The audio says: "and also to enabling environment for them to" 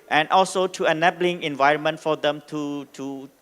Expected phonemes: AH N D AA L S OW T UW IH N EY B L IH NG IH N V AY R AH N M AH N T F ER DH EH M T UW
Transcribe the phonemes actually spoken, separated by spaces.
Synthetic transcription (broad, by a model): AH N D AA L S OW T UW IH N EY B L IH NG IH N V AY R AH N M AH N T F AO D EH M T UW